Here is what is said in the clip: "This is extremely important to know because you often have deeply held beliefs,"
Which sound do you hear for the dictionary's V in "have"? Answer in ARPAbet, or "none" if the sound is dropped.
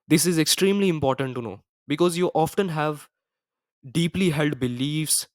V